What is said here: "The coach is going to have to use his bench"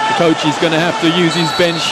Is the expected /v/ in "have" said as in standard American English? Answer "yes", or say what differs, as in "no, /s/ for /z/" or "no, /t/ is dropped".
no, /f/ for /v/